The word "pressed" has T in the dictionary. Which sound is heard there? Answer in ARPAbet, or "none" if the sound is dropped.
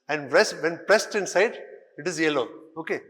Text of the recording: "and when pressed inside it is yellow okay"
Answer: T